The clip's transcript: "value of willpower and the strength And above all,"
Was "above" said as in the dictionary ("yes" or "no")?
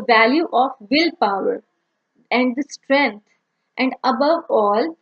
yes